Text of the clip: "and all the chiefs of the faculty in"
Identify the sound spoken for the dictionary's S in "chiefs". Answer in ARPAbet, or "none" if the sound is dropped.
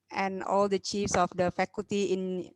S